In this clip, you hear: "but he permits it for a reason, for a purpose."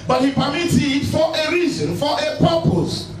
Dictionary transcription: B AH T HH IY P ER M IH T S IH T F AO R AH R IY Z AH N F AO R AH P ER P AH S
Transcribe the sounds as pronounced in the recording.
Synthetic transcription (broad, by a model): B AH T HH IY P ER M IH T IH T F AO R AH R IY Z AH N F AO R AH P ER P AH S